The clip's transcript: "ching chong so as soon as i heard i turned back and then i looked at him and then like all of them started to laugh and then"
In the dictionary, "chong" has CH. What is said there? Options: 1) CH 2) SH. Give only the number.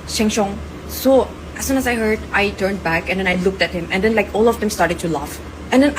2